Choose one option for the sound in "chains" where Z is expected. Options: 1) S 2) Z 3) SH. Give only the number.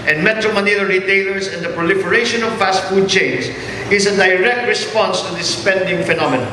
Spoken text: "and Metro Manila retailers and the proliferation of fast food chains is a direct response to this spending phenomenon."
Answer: 1